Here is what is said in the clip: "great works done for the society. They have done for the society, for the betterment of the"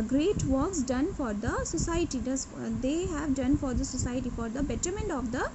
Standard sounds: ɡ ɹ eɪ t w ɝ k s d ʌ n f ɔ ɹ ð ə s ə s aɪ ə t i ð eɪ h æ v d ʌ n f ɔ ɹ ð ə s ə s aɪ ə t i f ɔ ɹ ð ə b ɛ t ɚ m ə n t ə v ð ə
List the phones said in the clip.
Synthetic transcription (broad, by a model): ɡ ɹ eɪ t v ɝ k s d ʌ n f ɔ ɹ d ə s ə s aɪ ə t i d eɪ h æ v d ʌ n f ɔ ɹ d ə s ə s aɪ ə t i f ɔ ɹ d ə b ɛ t ɚ m ə n t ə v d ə